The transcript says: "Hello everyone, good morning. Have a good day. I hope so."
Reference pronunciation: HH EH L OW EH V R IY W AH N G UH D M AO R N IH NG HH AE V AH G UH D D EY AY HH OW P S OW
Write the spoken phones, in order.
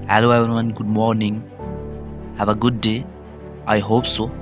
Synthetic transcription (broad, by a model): HH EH L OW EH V IY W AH N G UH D M AO R N IH NG HH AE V AH G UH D D EY AY HH OW P S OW